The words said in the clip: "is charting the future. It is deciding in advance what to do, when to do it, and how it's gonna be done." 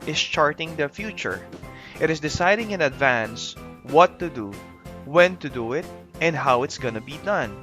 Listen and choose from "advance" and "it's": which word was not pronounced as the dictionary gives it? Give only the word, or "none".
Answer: none